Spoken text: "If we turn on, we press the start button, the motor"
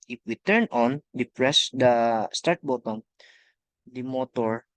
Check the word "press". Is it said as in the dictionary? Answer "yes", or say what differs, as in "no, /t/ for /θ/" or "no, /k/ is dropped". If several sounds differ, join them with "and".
yes